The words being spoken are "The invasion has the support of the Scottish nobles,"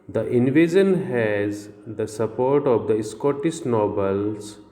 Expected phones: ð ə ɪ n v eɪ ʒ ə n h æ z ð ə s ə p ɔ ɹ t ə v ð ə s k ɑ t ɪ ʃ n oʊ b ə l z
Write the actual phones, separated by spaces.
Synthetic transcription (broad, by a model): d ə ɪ n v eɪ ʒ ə n h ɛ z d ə s ə p ɔ ɹ t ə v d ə s k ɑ t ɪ s n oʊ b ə l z